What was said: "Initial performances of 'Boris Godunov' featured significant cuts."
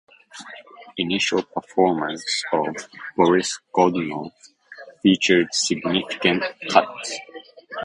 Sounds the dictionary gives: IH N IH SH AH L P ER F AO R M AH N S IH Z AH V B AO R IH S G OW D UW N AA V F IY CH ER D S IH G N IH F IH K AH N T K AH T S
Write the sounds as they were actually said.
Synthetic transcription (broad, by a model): IH N IH SH AH L P ER F AO R M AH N S AH V B AO R IH S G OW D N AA F IY CH ER D S IH G N IH F IH K AH N T K AH T S